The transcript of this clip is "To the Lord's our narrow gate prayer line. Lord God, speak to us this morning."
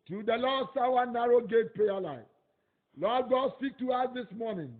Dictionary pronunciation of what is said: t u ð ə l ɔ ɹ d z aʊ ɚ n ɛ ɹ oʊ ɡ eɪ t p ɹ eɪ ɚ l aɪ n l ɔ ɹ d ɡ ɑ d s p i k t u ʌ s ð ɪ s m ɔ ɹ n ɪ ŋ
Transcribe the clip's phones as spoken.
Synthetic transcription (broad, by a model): t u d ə l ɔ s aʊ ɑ n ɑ ɹ oʊ ɡ eɪ t p eɪ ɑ l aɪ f l ɔ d ɡ ɑ d s p i k t u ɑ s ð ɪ s m ɔ n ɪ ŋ